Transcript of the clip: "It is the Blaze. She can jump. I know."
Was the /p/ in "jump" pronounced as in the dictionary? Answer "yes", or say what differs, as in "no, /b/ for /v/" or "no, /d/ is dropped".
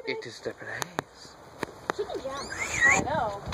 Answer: no, /p/ is dropped